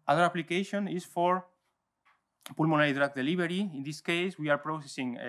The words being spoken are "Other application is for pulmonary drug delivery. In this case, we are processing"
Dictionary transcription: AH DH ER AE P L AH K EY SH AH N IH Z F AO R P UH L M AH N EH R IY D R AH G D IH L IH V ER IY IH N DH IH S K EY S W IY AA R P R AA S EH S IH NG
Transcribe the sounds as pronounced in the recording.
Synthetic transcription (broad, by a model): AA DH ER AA P L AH K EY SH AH N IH S F AO R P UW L M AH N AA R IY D R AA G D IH L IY B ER IY IH N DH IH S K EY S W IY AA R P R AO S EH S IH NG